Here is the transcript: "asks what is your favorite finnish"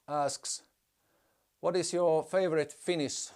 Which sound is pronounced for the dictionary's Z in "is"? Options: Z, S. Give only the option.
S